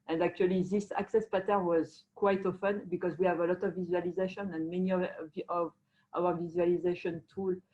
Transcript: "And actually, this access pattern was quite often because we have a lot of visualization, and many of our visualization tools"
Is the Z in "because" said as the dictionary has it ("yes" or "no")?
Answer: yes